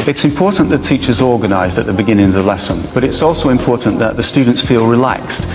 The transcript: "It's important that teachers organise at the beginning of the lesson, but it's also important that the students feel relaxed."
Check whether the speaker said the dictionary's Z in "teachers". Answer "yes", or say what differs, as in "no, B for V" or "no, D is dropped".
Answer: yes